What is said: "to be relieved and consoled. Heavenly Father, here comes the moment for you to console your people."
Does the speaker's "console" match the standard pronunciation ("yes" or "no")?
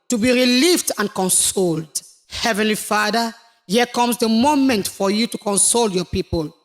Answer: yes